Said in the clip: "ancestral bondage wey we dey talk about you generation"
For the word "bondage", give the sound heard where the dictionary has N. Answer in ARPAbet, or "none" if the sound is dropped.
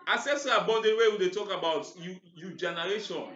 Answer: none